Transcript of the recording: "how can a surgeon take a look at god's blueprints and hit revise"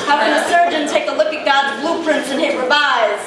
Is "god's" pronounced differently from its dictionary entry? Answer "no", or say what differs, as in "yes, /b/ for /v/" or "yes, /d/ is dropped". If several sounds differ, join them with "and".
no